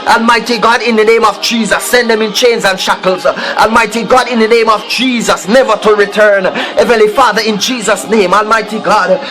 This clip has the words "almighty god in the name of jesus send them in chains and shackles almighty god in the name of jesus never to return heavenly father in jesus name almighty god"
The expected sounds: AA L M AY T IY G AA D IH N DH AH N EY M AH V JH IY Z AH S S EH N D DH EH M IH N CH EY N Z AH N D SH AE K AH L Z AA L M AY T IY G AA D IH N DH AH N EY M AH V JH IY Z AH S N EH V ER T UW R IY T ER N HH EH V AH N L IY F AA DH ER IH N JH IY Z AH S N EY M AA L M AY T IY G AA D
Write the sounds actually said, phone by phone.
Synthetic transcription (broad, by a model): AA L M AY T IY G AA D IH N DH AH N EY M AH V JH IY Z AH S S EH N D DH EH M IH N CH EY N Z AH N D SH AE K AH L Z AA L M AY T IY G AA D IH N DH AH N EY M AH V JH IY Z AH S N EH V ER T UW R IY T ER N HH EH V AH N L IY F AA DH ER IH N JH IY Z AH S N EY M AA L M AY T IY G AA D